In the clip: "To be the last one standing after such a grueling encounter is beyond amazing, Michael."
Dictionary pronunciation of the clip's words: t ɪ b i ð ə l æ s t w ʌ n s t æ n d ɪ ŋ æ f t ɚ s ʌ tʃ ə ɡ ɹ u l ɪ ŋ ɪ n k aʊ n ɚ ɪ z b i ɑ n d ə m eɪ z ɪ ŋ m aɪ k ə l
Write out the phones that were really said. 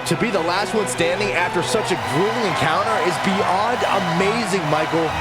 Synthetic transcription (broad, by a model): t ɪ b i ð ə l æ s t w ʌ n s t æ n d ɪ ŋ æ f t ɚ s ʌ tʃ ə ɡ ɹ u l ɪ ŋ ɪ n k aʊ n ɚ ɪ z b i ɑ n d ə m eɪ z ɪ ŋ m aɪ k l